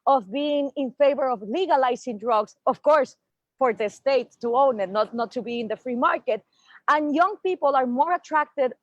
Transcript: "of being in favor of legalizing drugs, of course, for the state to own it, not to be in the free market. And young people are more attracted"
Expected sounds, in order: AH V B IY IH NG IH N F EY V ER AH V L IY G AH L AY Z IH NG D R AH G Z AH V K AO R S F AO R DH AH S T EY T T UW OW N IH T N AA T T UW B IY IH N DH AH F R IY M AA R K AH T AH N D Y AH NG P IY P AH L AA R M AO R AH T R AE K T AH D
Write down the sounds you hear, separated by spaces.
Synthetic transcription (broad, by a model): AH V B IY IH NG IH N F EY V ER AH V L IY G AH L AY S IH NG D R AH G S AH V K AO R S F AO R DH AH S T EY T T UW OW N IH T N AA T T UW B IY IH N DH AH F R IY M AA R K AH T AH N Y AH NG P IY P AH L AA R M AO R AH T R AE K T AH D